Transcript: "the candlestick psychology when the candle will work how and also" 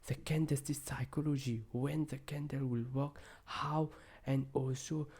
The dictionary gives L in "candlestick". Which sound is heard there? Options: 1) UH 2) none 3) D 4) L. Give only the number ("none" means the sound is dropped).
2